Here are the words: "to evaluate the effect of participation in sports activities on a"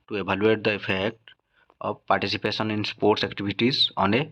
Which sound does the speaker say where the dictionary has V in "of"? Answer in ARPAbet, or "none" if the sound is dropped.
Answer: B